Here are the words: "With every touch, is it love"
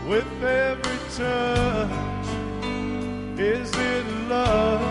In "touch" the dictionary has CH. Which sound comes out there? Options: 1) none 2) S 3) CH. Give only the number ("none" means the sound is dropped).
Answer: 1